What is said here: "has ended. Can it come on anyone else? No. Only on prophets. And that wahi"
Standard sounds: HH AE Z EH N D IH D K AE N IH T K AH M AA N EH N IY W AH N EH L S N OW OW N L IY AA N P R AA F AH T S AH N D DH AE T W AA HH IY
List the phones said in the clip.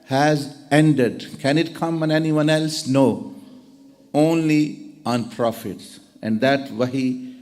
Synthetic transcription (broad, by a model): HH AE Z EH N D IH D K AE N IH T K AH M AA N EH N IY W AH N EH L S N OW OW N L IY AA N P R AA F AH T S AH N D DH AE T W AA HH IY